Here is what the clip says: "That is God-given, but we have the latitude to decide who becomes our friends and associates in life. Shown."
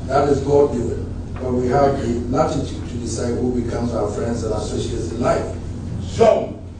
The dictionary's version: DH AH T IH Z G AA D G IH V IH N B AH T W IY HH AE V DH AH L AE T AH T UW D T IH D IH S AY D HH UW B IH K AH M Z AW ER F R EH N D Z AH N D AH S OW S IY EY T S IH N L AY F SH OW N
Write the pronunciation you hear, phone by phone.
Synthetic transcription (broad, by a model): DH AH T IH Z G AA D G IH IH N B AH T W IY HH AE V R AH N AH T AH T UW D T IH D IH S AY D HH UW B IH K AH M Z AW ER F R EH N D Z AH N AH S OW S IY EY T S IH N L AY F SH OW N